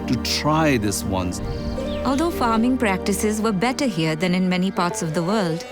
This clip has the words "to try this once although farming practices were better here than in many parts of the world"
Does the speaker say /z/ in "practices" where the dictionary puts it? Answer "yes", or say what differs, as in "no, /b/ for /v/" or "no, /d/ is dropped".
yes